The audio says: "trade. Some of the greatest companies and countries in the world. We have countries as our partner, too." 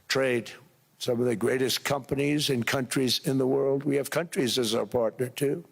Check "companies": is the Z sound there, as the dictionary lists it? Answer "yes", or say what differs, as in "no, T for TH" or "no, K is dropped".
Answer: yes